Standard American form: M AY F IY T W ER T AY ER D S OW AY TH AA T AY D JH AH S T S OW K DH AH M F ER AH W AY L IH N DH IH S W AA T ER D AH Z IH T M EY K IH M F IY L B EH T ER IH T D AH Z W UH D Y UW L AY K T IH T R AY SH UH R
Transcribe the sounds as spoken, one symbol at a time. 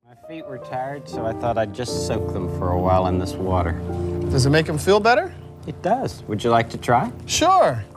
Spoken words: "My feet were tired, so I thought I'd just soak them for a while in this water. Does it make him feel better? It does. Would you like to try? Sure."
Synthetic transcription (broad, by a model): M AY F IY T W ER T AY ER D S OW AY TH AA T AY D JH AH S T S OW K DH AH M F ER AH W AY L IH N DH IH S W AA T ER D AH Z IH T M EY K IH M F IY L B EH T ER IH T D AH Z W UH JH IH L AY K T IH T R AY SH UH R